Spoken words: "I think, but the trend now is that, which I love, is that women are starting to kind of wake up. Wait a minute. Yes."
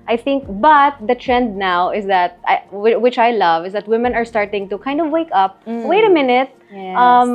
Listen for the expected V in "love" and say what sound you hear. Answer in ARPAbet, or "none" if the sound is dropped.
V